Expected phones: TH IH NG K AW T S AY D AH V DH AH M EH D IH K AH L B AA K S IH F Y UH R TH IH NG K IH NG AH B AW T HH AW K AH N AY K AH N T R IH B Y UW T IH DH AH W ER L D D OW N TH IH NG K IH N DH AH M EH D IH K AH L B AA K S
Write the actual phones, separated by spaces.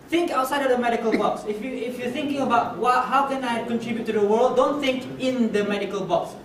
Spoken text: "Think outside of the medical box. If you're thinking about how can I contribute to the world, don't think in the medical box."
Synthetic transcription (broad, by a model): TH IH NG K AW T S AY D AH V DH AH M EH D IH K AH L B AA K S IH F Y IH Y TH IH NG K IH NG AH B AW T HH AW K AH N AY K AH N T R IH B Y UW T IH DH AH W ER L D D OW N TH IH NG K IH N DH AH M EH D IH K AH L B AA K S